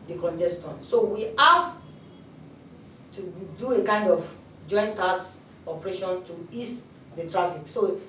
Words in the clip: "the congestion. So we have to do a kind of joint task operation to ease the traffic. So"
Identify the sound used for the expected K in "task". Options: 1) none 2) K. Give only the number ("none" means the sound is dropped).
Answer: 1